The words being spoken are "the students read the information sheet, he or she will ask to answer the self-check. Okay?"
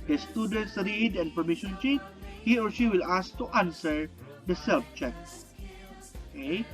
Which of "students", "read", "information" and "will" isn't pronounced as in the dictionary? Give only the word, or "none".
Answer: information